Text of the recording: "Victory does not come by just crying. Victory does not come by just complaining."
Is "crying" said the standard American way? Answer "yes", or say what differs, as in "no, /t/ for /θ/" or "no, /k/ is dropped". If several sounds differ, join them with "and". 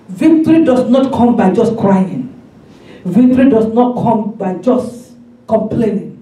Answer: yes